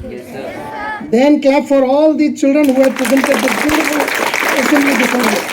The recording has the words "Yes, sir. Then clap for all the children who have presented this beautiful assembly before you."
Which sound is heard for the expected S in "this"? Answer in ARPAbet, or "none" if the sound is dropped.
none